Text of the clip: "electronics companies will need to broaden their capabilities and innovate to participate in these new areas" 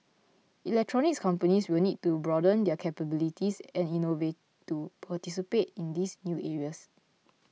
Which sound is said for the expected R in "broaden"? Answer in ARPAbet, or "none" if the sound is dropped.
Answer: R